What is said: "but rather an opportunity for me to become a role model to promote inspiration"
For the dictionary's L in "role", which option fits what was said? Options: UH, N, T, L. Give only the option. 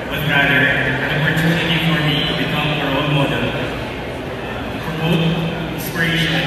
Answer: N